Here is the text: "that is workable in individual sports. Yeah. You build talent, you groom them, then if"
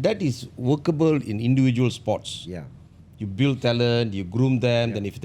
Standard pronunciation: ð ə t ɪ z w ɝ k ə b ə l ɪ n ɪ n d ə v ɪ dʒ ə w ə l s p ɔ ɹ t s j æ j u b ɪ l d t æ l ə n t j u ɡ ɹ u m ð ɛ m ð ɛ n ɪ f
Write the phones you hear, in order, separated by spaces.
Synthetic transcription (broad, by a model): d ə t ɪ s w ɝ k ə b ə l ɪ n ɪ n d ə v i dʒ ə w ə l s p ɔ t s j j u b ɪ l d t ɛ l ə n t j u ɡ ɹ u m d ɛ m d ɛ n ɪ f